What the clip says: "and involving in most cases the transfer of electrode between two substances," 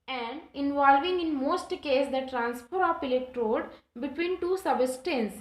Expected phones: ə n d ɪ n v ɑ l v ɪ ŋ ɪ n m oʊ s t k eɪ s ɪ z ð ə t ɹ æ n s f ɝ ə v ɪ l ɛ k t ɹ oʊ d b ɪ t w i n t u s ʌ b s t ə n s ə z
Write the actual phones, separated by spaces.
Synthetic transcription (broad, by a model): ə n d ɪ n v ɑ l v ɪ ŋ ɪ n m oʊ s t k eɪ s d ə t ɹ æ n s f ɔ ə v ɪ l ɛ k t ɹ oʊ d b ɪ t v i n t u s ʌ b s t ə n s